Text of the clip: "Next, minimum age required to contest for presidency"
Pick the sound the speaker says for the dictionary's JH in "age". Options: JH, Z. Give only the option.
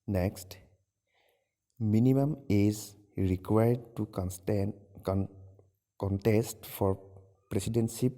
Z